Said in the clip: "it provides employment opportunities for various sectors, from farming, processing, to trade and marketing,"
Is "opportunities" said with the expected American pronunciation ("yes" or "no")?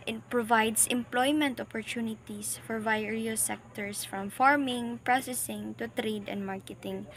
no